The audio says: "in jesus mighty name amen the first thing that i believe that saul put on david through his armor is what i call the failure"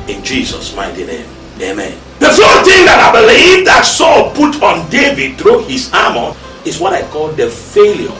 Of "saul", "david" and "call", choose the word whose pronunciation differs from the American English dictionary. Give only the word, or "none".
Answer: none